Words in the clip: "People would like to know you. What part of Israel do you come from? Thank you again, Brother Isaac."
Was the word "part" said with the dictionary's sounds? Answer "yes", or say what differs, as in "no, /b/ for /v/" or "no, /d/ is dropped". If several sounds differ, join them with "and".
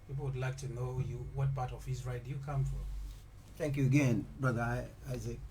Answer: no, /b/ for /p/